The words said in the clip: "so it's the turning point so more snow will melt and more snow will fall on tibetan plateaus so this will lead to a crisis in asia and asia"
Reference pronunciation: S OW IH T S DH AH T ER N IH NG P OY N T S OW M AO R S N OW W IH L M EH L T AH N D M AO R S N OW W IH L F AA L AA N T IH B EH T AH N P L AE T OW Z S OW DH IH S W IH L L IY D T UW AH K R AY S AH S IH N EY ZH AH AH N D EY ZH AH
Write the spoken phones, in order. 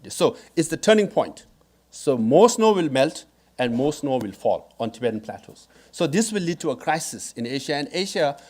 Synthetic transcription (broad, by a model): S OW IH T S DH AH T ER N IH NG P OY N T S OW M AO S N OW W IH L M EH L T AH N D M AO S N OW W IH L F AA L AA N T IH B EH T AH N P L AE T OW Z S OW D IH S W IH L L IY D T UW AH K R AY S AH S IH N EY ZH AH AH N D EY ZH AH